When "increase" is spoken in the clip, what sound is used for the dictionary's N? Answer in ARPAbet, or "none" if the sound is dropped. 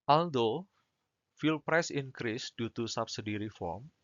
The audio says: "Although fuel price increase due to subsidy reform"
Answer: N